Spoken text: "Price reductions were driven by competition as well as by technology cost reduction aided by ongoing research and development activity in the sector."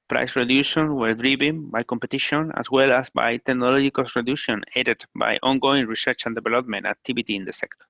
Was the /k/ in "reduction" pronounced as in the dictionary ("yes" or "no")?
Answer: no